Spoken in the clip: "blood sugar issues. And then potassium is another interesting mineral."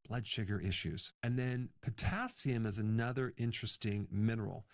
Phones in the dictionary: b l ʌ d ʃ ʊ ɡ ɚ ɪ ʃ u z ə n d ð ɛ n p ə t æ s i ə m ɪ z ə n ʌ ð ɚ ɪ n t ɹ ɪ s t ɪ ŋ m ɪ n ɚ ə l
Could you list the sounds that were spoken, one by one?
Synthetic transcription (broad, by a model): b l ʌ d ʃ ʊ ɡ ɚ ɪ ʃ u z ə n ð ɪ n p ə t æ s i ə m ɪ z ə n ʌ ð ɚ ɪ n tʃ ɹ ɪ s t ɪ ŋ m ɪ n ɚ l